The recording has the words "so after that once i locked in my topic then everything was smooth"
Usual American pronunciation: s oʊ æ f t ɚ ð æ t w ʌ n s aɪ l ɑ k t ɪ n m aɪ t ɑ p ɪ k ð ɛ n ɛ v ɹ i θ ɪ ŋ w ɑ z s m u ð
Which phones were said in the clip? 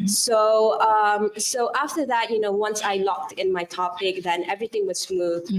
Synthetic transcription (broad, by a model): s oʊ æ f t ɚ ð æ t w ʌ n s aɪ l ɑ k t ɪ n m aɪ t ɑ p ɪ k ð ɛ n ɛ v ɹ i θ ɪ ŋ w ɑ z s m u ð